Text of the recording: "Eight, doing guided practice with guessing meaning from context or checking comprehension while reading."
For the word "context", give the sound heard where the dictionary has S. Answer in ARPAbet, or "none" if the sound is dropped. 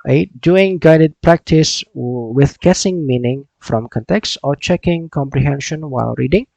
S